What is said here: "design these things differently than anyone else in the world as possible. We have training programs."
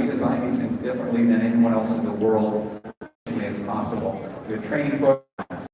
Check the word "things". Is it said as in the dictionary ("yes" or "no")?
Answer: yes